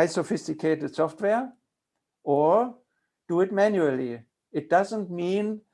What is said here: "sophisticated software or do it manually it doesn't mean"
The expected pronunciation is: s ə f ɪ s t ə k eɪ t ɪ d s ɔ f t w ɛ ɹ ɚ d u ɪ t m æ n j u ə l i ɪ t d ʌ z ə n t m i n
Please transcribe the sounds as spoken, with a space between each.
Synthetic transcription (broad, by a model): s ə f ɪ s t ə k eɪ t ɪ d s ɔ f t w ɛ ɹ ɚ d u ɪ t m æ n j u ə l i ɪ t d ʌ z ə n t m i n